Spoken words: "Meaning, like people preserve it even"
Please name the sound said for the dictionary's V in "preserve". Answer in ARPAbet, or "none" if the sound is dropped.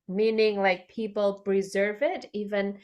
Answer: V